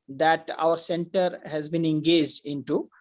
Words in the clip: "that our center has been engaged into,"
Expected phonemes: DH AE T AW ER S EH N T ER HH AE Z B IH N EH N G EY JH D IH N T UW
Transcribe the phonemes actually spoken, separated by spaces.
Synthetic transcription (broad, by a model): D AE T AW ER S EH N T ER HH AE Z B IH N EH N G EY JH D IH N T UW